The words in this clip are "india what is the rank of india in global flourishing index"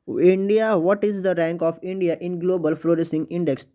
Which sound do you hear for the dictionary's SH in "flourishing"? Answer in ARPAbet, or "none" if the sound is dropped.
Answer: S